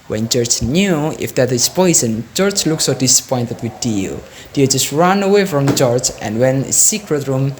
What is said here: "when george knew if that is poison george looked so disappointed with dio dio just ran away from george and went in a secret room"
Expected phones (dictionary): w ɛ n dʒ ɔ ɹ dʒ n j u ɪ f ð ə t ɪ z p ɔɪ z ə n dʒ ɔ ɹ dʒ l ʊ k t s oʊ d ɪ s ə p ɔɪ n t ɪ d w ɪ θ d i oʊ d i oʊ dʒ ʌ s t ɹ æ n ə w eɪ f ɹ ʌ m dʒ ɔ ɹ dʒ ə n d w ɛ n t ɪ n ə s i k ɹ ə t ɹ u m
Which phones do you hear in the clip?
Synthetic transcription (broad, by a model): w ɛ n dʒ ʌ ɹ tʃ n j u ɪ f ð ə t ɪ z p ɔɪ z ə n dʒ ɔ ɹ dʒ l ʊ k s oʊ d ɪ s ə p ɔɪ n t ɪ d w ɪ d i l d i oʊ dʒ ʌ s t ɹ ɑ n ə w eɪ f ɹ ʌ m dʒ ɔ ɹ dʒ ə n d w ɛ n ɪ s i k ɹ ə t ɹ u m